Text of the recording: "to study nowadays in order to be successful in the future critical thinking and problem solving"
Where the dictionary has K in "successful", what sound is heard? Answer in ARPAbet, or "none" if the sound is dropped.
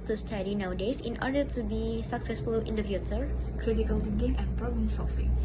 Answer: K